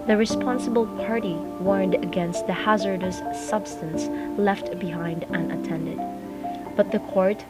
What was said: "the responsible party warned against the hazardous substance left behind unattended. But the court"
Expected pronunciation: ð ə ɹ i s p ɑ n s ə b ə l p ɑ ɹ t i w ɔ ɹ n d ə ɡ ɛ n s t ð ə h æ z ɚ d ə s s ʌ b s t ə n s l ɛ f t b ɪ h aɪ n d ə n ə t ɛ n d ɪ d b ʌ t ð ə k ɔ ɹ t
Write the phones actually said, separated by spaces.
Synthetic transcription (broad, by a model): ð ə ɹ i s p ɑ n s ə b ə l p ɑ ɹ t i w ɔ ɹ n d ə ɡ ɛ n s t ð ə h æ z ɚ d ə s s ʌ b s t ə n s l ɛ f t b ɪ h aɪ n d ə n ə t ɛ n d ɪ d b ʌ t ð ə k ɔ ɹ t